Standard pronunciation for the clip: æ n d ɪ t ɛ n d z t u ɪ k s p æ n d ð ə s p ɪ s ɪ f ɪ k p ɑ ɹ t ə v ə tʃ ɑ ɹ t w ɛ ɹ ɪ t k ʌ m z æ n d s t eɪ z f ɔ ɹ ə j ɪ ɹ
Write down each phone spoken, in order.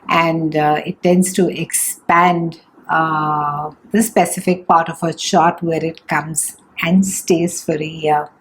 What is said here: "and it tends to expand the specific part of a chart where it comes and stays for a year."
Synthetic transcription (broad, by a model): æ n d ɪ t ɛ n d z t u ɪ k s p æ n d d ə s p ɪ s ɪ f ɪ k p ɑ ɹ t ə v ə ʃ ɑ ɹ t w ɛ ɹ ɪ t k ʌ m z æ n d s t eɪ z f ɔ ɹ ə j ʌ ɹ